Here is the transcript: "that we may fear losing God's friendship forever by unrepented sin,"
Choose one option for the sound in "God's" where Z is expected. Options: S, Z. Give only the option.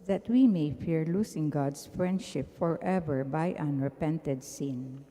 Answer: S